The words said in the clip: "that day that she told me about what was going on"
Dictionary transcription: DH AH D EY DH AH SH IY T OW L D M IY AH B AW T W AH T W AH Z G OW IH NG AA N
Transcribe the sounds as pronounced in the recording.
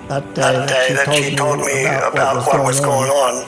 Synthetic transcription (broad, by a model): DH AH D EY DH AH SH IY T OW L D M IY AH B AW T W AH T W AH Z G OW IH NG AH N